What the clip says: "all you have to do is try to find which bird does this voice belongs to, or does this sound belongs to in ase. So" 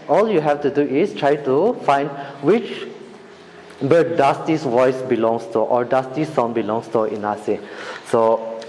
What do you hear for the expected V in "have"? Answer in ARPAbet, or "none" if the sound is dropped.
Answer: F